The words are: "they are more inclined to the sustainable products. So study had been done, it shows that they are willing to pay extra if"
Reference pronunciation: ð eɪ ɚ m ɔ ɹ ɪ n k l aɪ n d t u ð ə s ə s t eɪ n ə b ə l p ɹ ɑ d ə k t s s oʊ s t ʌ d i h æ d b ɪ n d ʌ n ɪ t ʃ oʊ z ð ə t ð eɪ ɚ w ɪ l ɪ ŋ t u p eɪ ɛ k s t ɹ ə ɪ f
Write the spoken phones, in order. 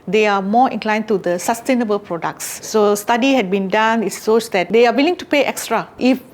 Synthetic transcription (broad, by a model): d eɪ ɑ m ɔ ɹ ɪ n k l aɪ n t u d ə s ə s t eɪ n ə b ə l p ɹ ɑ d ə k t s s oʊ s t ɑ d i h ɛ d b ɪ n d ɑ n ɪ t s oʊ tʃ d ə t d eɪ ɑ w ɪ l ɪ ŋ t u p eɪ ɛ k s t ɹ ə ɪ f